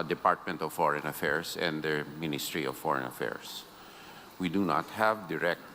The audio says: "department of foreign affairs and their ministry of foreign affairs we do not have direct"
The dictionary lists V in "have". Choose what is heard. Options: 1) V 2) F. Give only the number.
1